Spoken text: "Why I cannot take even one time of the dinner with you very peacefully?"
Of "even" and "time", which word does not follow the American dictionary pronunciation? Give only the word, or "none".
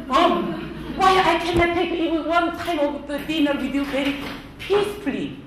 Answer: even